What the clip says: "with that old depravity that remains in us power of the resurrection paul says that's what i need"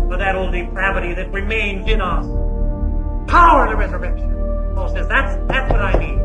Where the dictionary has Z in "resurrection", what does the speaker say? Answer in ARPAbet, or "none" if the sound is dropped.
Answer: Z